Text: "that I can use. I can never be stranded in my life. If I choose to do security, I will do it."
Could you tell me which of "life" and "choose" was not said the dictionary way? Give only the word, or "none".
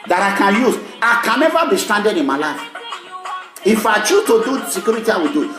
choose